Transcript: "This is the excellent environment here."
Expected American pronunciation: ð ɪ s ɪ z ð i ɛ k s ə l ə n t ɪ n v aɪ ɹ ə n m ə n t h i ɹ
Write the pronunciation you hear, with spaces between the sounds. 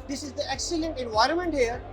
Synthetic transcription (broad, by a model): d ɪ s ɪ z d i ɛ k s ə l ə n t ɪ n v aɪ ɹ ə n m ə n t h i ɹ